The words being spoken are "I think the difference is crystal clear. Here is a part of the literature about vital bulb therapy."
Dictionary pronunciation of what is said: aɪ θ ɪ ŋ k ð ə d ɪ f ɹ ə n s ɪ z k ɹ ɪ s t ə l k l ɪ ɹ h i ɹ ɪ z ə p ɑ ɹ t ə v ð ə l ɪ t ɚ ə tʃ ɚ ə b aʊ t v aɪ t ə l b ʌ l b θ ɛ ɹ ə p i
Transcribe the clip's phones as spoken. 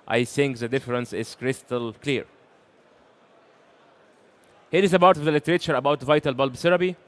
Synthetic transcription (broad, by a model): aɪ θ ɪ ŋ k ð ə d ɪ f ɹ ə n s ɪ z k ɹ ɪ s t ə l k l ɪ ɹ h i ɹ ɪ z ə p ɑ ɹ t ə v ð ə l ɪ t ɚ ə tʃ ɚ ə b aʊ t v aɪ t ə l b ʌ l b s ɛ ɹ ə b i